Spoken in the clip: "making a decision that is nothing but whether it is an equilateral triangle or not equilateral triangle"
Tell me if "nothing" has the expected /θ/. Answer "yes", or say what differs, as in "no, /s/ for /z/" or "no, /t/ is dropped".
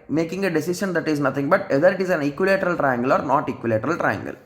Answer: no, /t/ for /θ/